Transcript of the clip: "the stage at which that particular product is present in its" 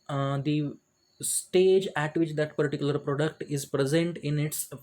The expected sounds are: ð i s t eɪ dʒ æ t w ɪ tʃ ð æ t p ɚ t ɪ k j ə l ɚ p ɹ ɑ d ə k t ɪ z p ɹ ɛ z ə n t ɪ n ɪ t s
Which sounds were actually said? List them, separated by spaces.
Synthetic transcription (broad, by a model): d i s t eɪ dʒ æ t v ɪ tʃ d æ t p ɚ t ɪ k j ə l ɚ p ɹ ɑ d ə k t ɪ z p ɹ ɛ z ə n t ɪ n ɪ t s